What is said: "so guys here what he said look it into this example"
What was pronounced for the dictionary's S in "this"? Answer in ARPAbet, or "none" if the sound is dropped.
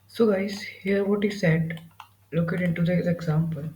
none